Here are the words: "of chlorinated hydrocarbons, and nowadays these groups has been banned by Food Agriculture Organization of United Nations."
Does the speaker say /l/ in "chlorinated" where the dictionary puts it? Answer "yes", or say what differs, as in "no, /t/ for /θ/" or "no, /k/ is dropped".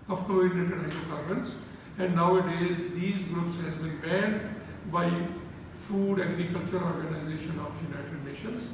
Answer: no, /l/ is dropped